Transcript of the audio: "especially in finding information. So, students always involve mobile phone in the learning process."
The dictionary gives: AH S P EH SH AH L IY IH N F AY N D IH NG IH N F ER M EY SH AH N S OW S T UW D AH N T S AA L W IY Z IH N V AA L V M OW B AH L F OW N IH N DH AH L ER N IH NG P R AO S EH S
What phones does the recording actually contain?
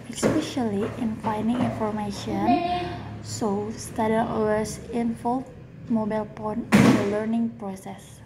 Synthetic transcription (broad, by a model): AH S P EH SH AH L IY IH N F AY N D IH NG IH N F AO M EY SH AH N S OW S T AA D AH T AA W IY S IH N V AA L M OW B AH L P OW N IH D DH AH L ER N IH NG P R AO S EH S